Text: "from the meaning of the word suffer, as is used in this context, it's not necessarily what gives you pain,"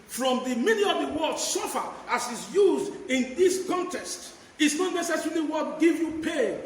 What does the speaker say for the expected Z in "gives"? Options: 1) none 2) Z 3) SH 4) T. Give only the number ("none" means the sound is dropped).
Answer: 1